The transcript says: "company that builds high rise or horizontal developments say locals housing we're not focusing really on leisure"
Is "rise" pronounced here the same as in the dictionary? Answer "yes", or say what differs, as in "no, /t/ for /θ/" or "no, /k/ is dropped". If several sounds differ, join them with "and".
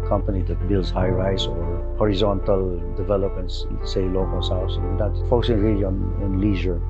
no, /s/ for /z/